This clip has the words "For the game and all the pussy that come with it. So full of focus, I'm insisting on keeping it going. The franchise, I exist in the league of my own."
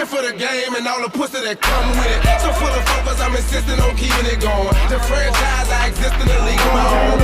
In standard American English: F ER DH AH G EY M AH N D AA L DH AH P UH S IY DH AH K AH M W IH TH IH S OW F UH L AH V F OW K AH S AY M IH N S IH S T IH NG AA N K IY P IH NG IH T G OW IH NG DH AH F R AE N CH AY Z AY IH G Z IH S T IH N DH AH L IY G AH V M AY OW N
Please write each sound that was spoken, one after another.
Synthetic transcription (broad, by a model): F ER DH AH G EY M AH N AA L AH P UH S IY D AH K AH M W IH IH S OW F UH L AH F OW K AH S AY M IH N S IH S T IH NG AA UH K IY IH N IH T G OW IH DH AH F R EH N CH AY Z AY IH G Z IH S T IH N DH AH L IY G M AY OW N